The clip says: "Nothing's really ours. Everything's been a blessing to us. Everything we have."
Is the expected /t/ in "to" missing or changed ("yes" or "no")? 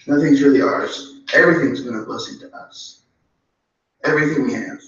no